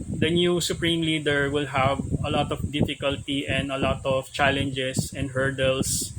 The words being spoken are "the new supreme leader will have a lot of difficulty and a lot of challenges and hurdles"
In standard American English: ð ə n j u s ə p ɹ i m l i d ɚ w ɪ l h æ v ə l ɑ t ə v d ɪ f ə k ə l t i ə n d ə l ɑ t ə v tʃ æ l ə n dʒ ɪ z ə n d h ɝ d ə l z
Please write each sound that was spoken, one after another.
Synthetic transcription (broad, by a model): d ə n j u s ə p ɹ i m l i d ɚ w ɪ l h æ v ə l ɑ t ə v d ɪ f ə k ə l t i ə n d ə l ɑ t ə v tʃ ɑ l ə n dʒ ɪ s ə n d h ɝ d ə l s